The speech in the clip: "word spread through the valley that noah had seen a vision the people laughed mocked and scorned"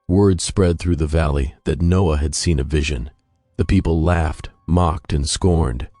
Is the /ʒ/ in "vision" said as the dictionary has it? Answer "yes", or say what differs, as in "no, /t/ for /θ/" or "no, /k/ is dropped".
yes